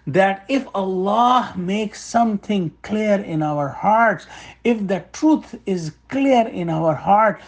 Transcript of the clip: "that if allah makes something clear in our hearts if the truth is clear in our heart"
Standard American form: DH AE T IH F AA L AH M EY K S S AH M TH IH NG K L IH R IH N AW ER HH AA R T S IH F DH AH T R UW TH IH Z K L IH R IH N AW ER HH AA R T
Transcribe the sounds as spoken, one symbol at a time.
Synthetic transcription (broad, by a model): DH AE T IH F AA L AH M EY K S S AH M T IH NG K L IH R IH N AW ER HH AA R T S IH F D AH T R UW T IH Z K L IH R IH N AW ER HH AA R T